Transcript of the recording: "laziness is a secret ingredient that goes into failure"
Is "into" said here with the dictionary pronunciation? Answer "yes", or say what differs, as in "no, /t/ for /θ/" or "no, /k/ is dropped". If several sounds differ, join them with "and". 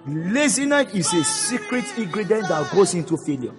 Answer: yes